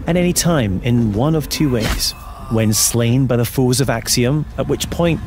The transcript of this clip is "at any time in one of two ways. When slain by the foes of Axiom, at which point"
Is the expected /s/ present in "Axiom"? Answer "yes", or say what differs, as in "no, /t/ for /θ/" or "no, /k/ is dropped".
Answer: yes